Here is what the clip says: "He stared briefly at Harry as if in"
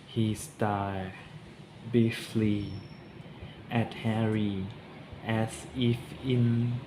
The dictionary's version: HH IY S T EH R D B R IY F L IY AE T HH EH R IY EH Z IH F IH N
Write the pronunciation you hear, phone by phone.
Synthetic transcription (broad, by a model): HH IY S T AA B IY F L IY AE T HH EH R IY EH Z IH F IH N